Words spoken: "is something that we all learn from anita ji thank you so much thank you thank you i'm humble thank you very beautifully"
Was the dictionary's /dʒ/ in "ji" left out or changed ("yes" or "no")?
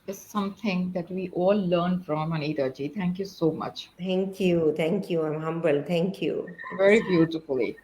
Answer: no